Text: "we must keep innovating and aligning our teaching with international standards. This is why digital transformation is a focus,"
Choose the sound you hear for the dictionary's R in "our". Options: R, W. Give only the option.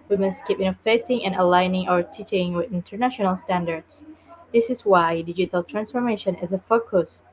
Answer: R